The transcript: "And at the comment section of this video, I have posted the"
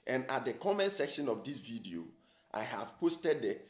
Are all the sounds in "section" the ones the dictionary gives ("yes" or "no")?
yes